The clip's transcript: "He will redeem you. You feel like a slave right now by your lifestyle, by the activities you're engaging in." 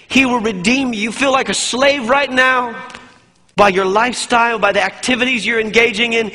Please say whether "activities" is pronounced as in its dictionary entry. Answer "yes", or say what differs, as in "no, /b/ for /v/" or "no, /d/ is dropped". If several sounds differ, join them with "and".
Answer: yes